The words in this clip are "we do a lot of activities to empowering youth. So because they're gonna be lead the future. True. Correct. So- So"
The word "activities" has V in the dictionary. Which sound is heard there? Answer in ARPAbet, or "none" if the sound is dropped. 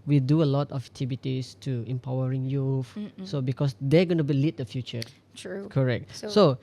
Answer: B